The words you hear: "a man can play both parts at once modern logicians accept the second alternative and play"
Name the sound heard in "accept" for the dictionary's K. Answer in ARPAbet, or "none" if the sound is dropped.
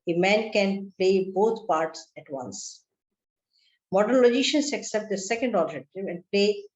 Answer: K